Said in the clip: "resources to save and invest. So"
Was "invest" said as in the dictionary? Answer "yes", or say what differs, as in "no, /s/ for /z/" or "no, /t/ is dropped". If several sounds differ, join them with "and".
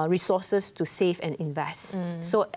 yes